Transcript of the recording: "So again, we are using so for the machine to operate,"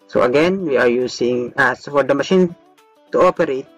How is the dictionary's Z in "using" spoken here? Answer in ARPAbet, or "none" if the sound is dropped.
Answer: S